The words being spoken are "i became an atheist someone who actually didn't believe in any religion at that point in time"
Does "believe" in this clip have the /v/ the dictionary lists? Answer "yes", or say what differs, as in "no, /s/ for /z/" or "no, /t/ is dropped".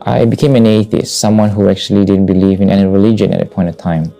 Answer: yes